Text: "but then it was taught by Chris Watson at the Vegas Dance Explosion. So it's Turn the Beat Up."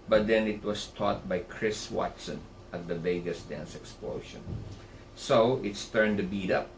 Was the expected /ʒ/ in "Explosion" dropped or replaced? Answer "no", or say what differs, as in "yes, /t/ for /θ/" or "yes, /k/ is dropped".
yes, /ʃ/ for /ʒ/